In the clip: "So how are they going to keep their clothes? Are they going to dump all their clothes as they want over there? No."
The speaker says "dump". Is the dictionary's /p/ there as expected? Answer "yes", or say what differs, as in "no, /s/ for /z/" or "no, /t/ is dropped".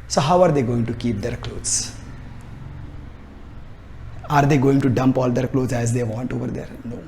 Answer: yes